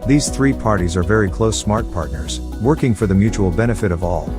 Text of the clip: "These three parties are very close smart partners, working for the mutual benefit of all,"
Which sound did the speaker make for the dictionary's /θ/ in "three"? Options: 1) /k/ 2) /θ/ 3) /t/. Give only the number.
2